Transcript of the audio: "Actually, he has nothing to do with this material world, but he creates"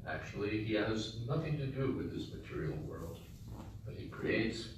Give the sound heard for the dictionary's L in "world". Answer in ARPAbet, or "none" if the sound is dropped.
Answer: L